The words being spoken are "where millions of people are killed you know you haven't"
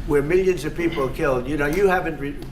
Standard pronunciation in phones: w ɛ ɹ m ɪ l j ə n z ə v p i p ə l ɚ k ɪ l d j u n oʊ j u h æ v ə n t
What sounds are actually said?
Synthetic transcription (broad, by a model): w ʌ ɹ m ɪ l j ə n z ə v p i p l k ɪ l d j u n oʊ j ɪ h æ v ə n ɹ